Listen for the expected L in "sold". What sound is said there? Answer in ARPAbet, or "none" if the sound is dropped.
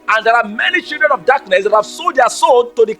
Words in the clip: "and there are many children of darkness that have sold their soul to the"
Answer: none